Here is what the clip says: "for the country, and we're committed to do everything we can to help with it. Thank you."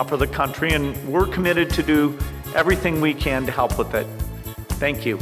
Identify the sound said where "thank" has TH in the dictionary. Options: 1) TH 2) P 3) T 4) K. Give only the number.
1